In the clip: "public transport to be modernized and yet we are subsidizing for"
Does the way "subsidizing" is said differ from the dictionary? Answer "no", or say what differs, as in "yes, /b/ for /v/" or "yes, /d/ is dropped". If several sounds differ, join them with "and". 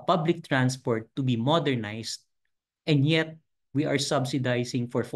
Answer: yes, /s/ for /z/